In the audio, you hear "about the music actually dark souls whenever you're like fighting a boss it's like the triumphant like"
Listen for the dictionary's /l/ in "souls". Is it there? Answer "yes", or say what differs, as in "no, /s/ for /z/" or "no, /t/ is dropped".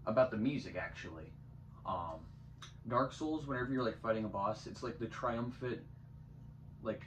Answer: yes